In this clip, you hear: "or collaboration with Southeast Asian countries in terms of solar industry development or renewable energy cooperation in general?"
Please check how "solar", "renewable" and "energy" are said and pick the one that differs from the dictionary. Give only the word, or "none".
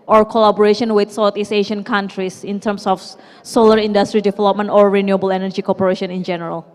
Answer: none